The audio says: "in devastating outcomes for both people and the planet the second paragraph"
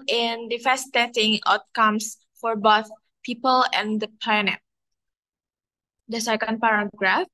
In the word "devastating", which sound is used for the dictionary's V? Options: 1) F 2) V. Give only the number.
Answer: 1